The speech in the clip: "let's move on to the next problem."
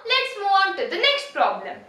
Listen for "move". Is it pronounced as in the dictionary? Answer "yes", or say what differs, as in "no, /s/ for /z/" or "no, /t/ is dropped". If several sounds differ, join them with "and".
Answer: no, /v/ is dropped